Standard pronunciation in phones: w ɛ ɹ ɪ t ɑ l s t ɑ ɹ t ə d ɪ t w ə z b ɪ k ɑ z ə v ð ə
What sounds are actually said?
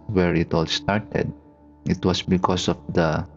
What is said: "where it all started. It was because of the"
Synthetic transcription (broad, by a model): w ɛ ɹ ɪ t ɑ l s t ɑ ɹ t ə d ɪ t w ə s b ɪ k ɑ s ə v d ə